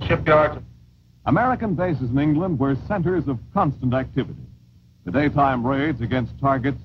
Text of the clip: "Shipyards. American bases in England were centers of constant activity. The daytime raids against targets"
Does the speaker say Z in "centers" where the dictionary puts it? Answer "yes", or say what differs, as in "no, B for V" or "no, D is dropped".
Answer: yes